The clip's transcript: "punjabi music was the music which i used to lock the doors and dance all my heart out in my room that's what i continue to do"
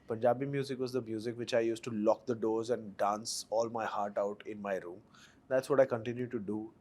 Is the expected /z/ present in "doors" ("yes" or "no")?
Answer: yes